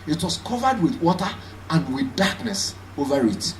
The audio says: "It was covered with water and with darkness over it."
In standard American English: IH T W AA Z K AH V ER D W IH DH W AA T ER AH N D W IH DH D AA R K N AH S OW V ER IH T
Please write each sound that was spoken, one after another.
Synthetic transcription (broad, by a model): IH T W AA S K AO V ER D W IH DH W AA T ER AH N D W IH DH D AA K N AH S OW V ER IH T